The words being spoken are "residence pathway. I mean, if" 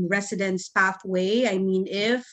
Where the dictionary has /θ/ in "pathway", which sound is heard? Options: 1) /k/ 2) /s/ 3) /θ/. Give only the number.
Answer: 3